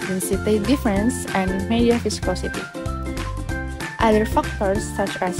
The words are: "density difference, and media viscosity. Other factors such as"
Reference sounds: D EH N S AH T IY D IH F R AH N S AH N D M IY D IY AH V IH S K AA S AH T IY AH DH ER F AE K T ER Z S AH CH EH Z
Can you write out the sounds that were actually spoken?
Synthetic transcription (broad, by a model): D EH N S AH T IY D IH F R AH N S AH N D M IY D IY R F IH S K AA S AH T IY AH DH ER F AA K T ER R S AH CH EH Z